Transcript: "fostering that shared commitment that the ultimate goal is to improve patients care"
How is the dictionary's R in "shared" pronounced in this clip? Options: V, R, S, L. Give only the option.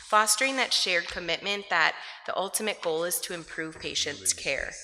R